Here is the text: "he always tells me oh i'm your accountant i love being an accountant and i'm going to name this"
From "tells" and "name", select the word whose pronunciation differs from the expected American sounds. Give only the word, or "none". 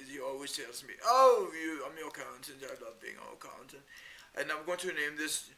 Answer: none